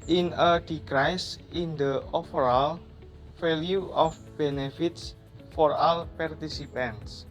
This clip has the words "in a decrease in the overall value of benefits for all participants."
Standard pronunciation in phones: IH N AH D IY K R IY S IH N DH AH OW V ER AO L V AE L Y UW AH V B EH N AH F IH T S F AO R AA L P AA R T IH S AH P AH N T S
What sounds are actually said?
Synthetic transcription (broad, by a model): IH N AH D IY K R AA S IH N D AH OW F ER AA L F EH L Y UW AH F B EH N AH F IH T S F AO R AA L P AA R T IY S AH P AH N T S